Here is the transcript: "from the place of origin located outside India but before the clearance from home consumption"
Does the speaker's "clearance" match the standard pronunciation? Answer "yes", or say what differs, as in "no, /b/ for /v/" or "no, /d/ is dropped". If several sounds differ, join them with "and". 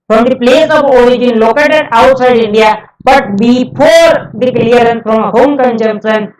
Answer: no, /s/ is dropped